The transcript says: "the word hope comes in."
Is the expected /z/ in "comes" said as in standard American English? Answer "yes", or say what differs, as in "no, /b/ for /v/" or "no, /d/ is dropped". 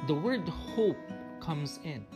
yes